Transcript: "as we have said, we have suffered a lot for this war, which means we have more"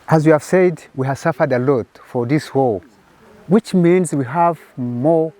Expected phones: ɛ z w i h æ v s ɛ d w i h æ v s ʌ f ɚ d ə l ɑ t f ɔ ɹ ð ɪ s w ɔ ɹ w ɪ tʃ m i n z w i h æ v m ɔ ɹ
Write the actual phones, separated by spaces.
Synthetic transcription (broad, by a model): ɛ z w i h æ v s ɛ d w i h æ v s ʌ f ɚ d ə l ɑ t f ɔ ɹ ð ɪ s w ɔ l w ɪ tʃ m i n z w i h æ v m ɔ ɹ